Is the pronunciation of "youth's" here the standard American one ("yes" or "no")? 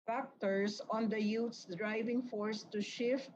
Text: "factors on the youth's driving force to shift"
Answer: no